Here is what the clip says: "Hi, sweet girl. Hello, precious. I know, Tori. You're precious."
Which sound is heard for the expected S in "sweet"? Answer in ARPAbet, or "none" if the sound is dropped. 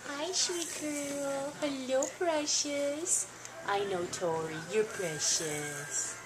SH